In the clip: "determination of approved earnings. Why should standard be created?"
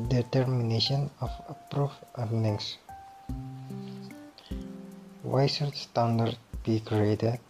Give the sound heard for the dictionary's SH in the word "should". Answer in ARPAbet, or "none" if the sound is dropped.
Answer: S